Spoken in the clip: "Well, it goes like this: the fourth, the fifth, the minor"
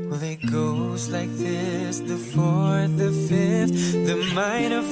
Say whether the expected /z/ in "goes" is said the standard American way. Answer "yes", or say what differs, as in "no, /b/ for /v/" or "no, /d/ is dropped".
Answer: yes